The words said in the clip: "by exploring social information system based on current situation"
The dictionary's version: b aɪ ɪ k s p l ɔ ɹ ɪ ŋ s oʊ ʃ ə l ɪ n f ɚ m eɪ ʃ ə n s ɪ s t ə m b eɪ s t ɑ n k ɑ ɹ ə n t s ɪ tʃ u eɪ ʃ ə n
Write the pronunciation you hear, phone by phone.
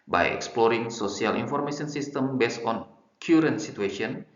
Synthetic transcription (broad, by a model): b aɪ ɪ k s p l ɔ ɹ ɪ ŋ s oʊ s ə l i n f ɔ m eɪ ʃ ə n s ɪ s t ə m b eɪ s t ɑ n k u ɹ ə n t s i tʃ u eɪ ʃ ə n